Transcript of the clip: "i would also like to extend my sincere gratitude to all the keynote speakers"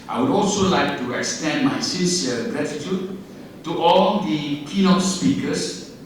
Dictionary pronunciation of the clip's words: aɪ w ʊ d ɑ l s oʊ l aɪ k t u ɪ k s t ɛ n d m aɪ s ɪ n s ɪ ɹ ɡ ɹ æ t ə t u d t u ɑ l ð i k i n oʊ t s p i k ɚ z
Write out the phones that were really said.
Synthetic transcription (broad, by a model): aɪ w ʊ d ɑ l s oʊ l aɪ k t u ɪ k s t ɛ n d m aɪ s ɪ s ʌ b ɹ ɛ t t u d t u ɑ l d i k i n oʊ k s p i k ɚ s